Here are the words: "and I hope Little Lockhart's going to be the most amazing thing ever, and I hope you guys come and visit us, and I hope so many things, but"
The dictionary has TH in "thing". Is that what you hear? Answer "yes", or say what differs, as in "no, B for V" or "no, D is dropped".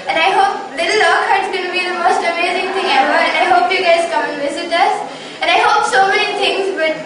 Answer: no, T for TH